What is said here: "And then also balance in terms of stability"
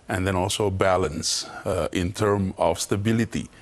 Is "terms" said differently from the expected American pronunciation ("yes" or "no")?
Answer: yes